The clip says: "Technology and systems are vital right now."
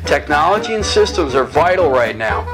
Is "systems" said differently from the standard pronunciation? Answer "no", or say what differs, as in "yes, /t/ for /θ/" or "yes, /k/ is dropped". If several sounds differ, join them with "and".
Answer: no